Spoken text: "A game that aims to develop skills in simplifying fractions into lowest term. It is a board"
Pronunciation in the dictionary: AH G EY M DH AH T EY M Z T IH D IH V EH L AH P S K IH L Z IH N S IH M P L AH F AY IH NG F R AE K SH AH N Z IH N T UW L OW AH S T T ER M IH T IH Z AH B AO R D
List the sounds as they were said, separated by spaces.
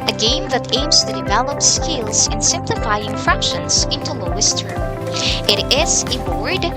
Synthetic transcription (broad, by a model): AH G EY M DH AH T EY M Z T IH D IH V EH L AH P S K IH L Z IH N S IH M P L AH F AY IH NG F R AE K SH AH N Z IH N T UW L OW AH S T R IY IH T IH Z AH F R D